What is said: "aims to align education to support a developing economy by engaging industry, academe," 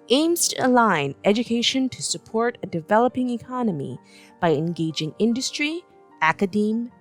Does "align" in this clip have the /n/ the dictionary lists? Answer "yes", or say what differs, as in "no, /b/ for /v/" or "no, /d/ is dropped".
yes